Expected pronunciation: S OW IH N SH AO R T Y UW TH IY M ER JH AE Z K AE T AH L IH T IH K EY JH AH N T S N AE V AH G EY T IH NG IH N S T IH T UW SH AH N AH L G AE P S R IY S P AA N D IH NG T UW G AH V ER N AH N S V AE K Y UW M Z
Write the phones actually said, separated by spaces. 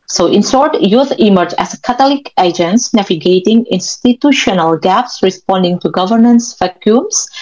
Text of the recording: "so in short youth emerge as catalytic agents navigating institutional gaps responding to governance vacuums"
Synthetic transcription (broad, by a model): S OW IH N S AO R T Y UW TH IY M ER JH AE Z K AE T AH L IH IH K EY JH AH N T S N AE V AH G EY T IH NG IH N S T IH T UW SH AH N AH L G AE P S R IY S P AA N D IH NG T UW G AH V ER N AH N S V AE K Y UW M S